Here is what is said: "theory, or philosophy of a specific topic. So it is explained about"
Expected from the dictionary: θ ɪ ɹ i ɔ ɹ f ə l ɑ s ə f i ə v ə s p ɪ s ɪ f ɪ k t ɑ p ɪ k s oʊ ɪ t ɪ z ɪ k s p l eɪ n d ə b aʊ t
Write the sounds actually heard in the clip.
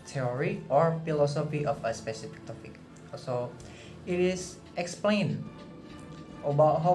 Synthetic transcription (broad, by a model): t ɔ ɹ i ɔ ɹ f ə l ɑ s ə f i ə f ə s p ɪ s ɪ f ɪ k t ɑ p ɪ k s oʊ ɪ t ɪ s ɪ k s p l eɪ n ə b aʊ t